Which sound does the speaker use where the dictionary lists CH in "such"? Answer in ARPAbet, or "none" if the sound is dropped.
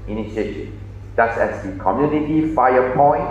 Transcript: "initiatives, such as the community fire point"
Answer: S